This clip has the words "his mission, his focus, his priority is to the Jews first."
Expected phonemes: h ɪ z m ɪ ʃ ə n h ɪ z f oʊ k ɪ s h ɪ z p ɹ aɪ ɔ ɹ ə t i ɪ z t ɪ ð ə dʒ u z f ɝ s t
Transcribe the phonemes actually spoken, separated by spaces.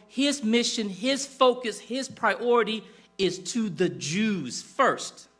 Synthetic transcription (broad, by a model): h ɪ z m ɪ ʃ ə n ɪ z f oʊ k ɪ s h ɪ z p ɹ aɪ ɔ ɹ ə t i ɪ z t ɪ ð ə dʒ u z f ɝ s t